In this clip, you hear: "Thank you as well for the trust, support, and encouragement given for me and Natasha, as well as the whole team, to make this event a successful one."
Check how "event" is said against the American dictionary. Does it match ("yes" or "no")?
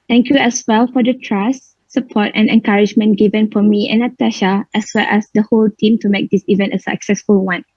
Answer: yes